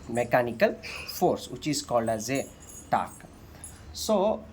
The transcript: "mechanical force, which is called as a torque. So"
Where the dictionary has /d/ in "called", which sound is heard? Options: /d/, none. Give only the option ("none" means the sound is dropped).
none